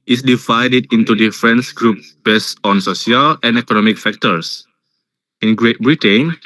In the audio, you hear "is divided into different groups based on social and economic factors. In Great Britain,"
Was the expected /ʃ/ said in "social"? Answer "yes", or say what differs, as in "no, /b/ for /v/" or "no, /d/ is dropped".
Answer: no, /s/ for /ʃ/